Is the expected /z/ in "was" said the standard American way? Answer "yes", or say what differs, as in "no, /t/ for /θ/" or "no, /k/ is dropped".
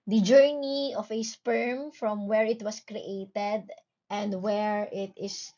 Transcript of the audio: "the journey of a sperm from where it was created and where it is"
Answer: no, /s/ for /z/